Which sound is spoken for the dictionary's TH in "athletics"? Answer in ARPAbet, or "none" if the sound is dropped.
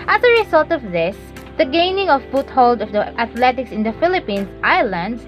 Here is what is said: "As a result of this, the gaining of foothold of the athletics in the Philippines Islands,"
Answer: T